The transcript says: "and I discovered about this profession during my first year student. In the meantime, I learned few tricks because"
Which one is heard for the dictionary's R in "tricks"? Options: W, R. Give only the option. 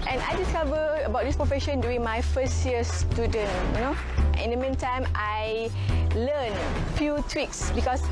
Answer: W